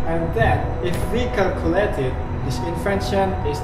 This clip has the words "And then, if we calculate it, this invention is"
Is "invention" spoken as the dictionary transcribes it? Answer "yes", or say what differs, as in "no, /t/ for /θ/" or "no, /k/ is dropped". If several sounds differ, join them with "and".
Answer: no, /f/ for /v/